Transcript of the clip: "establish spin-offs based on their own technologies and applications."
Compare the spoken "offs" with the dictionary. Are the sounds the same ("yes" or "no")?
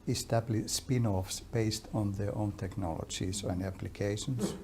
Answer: yes